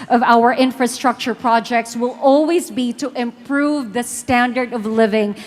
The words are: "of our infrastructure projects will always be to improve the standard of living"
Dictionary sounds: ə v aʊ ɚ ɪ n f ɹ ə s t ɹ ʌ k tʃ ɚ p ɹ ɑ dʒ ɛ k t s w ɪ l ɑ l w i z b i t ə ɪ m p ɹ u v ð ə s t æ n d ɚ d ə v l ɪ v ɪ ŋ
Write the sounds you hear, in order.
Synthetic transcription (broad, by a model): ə v aʊ ɚ ɪ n f ɹ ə s t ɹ ʌ k tʃ ɚ p ɹ ɑ dʒ ɛ k t s w ɪ l ɑ l w i z b i t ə ɪ m p ɹ u v ð ə s t æ n d ɚ d ə v l ɪ v ɪ ŋ